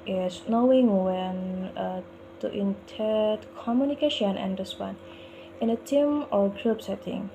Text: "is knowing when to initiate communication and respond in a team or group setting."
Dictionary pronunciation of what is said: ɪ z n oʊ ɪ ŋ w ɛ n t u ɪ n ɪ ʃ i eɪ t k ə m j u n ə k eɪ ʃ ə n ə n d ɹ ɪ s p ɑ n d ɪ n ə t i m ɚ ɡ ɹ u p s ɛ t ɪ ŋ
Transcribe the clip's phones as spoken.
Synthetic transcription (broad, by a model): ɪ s n oʊ ɪ ŋ w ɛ n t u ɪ n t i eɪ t k ə m j u n ə k eɪ ʃ ə n ə n d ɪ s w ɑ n ɪ n ə t i m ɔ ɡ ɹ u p s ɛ t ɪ ŋ